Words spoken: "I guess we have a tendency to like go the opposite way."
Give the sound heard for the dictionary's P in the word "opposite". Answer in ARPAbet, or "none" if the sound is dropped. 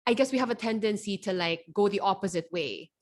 P